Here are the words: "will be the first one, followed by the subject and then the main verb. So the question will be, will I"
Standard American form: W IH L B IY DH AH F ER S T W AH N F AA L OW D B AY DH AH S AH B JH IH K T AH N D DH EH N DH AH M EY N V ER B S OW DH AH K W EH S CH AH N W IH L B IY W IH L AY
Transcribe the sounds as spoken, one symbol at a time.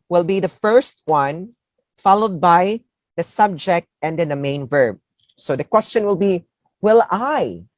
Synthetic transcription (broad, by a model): W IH L B IY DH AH F ER S T W AH N F AA L OW D B AY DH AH S AH B JH IH K T AH N D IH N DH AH M EY N V ER B S OW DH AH K W EH S CH AH N W IH L B IY W IH L AY